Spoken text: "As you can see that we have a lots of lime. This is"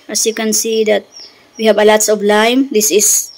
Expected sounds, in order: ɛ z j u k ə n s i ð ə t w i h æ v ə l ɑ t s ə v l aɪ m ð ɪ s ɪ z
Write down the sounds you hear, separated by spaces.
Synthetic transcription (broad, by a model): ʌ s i k ə n s i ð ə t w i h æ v ə l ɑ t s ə b l aɪ m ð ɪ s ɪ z